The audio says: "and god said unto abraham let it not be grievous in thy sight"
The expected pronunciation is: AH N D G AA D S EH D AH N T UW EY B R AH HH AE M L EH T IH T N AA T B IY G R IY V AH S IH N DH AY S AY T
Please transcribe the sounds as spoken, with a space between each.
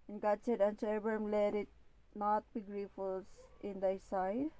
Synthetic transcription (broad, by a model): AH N G AA D S EH D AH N S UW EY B AH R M L EH T IH T N AA T B IY G R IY F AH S IH N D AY S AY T